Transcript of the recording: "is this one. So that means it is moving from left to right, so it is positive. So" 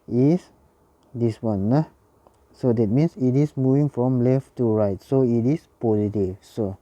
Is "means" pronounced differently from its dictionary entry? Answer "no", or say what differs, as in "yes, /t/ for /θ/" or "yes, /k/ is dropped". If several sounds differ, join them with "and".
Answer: yes, /s/ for /z/